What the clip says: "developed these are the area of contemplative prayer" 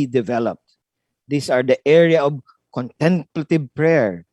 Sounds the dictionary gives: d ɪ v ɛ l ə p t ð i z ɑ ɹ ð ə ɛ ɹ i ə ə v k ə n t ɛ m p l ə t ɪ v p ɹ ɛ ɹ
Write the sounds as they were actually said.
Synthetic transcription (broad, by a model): d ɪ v ɛ l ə p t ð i s ɑ ɹ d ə ɛ ɹ i ə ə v k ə n t ɛ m p l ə t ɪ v p ɹ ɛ ɹ